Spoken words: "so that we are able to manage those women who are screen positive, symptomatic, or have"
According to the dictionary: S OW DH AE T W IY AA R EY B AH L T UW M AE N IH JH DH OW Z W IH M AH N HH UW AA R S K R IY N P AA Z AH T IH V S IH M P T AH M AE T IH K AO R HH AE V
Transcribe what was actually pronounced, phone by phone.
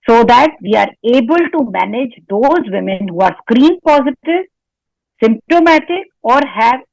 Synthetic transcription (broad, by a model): S OW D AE T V IY AA R EY B AH L T UW M AE N IH JH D OW Z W IH M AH N HH UW AA R S K R IY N P AA Z AH T IH V S IH M P T AH M AE T IH K AO R HH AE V